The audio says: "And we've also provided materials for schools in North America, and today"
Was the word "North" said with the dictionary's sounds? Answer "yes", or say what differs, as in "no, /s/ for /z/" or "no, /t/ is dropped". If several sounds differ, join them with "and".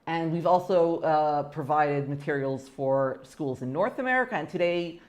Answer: yes